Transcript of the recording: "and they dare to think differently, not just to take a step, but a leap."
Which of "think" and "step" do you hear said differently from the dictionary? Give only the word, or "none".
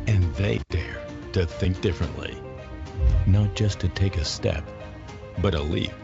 none